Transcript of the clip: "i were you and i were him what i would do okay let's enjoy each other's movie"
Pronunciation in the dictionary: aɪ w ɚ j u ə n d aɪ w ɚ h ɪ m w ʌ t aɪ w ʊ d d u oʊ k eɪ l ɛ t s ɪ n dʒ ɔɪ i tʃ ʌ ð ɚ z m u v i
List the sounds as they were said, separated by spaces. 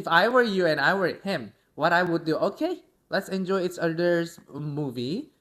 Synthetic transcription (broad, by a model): aɪ w ɚ j u ə n d aɪ w ɚ h ɪ m w ʌ t aɪ w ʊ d d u oʊ k eɪ l ɛ t s ɪ n dʒ ɔɪ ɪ s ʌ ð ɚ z m u v i